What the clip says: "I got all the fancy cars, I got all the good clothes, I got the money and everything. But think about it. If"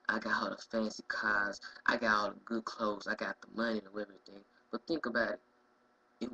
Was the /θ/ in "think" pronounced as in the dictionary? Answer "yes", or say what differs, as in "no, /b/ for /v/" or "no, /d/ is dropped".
yes